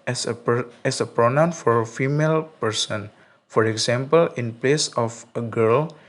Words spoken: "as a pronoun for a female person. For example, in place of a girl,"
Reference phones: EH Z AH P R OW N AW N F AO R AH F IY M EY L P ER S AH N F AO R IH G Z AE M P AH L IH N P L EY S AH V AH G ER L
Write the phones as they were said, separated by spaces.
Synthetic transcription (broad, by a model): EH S AH P R OW N AW N F AO R AH F IY M EY L P ER S AH N F AO R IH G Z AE M P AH L IH N P L EY S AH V AH G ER L